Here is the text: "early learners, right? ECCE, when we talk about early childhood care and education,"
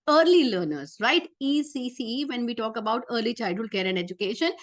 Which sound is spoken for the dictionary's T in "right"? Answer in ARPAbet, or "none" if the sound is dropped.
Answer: T